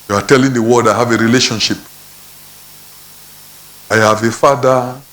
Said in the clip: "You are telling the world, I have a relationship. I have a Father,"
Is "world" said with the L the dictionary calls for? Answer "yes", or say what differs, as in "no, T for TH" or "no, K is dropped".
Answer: no, L is dropped